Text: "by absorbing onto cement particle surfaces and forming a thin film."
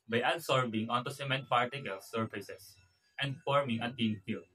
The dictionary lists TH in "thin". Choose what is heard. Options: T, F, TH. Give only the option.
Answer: T